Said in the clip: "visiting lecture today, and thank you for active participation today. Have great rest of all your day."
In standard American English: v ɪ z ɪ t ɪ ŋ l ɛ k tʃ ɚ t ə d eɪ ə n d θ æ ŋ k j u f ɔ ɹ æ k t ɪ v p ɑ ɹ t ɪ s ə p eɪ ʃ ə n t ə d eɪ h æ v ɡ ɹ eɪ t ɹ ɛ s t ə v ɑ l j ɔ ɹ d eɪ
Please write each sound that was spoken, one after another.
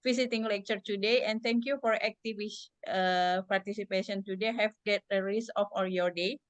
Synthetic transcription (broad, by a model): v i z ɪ t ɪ ŋ l ɛ k tʃ ɚ t ə d eɪ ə n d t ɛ ŋ k j u f ɔ ɹ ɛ k t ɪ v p ɑ ɹ t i s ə p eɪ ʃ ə n t ə d eɪ h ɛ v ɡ eɪ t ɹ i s ə f ɑ l j ɔ ɹ d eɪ